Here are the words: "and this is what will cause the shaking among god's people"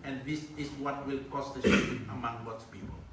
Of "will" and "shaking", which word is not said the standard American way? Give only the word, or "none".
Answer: shaking